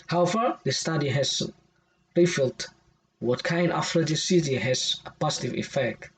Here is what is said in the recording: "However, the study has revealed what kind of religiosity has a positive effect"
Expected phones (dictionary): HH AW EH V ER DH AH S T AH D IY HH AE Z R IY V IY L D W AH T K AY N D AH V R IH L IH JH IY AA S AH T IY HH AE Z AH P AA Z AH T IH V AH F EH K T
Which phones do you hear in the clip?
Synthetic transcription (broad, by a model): HH AW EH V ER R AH S T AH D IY HH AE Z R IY F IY L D W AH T K AY N D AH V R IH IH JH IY S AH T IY HH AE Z AH P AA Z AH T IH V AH F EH K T